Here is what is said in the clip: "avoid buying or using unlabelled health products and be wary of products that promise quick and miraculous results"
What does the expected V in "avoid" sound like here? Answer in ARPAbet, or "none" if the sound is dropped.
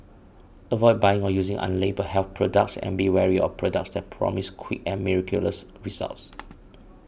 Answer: V